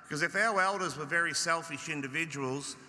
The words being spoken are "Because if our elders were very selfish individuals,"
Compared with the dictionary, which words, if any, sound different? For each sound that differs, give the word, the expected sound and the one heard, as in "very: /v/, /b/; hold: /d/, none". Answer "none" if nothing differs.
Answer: none